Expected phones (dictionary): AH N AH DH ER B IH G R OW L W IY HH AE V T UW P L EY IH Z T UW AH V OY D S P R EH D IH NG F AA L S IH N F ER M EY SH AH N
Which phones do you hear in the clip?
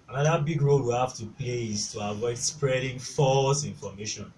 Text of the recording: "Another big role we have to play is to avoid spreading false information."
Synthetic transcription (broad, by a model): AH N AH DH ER B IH G R OW L W IY HH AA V T UW P L EY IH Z T UW AH V OY D S P R EH D IH NG F AA L S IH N F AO M EY SH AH N